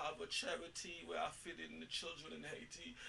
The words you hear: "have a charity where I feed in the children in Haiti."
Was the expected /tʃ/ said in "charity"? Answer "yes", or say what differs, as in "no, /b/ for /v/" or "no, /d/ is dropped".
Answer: yes